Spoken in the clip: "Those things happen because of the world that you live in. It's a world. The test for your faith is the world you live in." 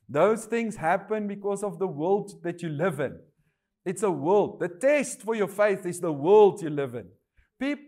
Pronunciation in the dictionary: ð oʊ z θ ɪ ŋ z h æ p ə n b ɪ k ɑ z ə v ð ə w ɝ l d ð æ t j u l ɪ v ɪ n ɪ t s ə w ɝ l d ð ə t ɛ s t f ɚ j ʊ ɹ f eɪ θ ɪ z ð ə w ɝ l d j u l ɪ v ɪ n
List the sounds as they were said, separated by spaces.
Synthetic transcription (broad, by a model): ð oʊ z θ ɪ ŋ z h æ p ə n b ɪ k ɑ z ə v ð ə w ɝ l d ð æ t j u l ɪ v ɪ n ɪ t s ə w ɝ l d ð ə t ɛ s t f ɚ j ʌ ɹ f eɪ θ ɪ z ð ə w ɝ l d j u l ɪ v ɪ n